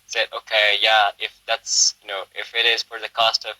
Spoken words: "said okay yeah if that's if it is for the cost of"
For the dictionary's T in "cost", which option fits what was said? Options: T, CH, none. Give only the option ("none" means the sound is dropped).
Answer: T